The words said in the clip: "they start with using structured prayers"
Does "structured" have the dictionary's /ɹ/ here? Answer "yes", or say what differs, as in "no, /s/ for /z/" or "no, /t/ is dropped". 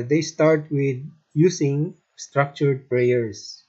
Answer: yes